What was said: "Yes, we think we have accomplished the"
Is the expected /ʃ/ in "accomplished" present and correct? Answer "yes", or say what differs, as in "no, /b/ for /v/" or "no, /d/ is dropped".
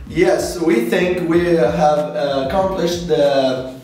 yes